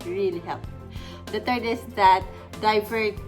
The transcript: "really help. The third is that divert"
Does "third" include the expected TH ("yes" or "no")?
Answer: no